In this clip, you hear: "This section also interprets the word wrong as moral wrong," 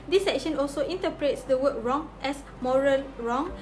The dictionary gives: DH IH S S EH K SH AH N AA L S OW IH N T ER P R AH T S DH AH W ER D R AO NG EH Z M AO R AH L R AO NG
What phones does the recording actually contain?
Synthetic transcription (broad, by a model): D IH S S EH K SH AH N AA L S OW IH N T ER P R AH T S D AH W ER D R AO NG EH S M AO R AH L R AO NG